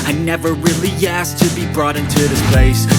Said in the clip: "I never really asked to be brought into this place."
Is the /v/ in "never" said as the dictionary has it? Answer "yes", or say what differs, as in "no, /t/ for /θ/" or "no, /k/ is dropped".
yes